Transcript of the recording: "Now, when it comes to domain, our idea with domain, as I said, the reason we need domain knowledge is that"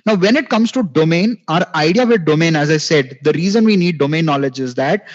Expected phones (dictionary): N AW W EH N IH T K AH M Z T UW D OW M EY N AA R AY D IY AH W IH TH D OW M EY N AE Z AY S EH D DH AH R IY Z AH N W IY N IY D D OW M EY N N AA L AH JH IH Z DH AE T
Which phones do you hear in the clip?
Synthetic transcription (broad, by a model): N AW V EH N IH T K AH M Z T UW D OW M EY N AA R AY D IY AH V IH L D OW M EY N AE Z AY S EH D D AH R IY Z AH N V IY N IY D D OW M EY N N AA L AH JH IH Z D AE T